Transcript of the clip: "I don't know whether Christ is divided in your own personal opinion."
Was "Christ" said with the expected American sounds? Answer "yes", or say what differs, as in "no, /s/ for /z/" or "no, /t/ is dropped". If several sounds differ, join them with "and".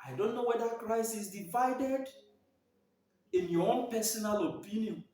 no, /t/ is dropped